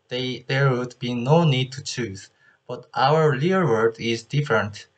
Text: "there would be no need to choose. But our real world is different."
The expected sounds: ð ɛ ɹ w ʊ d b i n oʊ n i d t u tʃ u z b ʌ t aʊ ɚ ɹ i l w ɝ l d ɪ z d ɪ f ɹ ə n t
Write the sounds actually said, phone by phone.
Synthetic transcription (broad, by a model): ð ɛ ɹ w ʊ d b i n oʊ n i d t u tʃ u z b ʌ t aʊ ɚ l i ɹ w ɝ d ɪ z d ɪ f ɹ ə n t